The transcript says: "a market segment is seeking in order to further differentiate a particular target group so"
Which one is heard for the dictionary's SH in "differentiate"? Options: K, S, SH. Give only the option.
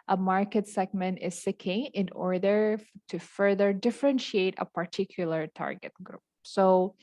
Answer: SH